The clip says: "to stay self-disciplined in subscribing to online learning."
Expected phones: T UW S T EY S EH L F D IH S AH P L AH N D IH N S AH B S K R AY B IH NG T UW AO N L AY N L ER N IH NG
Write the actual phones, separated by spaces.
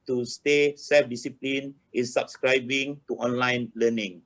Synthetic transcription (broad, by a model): T UW S T EY S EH F D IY S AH P L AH N IH N S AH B S K R AY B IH NG T UW AO N L AY N L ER N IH NG